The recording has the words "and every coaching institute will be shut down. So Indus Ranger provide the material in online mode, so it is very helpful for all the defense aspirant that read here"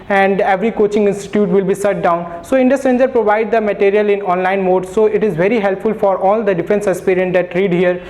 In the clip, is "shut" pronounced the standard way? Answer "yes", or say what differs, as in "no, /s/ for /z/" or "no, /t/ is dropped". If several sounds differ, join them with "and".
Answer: no, /s/ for /ʃ/